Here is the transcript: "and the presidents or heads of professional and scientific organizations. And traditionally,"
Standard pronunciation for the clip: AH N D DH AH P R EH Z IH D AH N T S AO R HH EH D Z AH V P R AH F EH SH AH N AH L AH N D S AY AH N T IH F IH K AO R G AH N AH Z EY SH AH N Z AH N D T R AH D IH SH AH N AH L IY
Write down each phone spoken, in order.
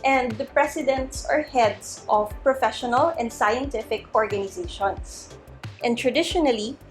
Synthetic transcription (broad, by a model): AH N D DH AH P R EH S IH D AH N T S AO R HH EH D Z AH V P R AH F EH SH AH N AH L AH N D S AY AH N T IH F IH K AO R G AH N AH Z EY SH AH N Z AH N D T R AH D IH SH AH N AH L IY